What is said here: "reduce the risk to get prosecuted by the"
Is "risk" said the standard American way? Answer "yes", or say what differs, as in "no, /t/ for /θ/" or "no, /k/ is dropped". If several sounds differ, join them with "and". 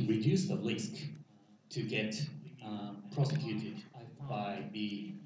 no, /l/ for /ɹ/